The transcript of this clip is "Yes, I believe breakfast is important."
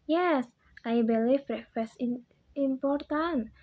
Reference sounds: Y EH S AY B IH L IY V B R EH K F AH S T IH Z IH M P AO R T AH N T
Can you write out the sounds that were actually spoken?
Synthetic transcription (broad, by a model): Y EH S AY B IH L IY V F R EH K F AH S IH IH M P AO R T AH N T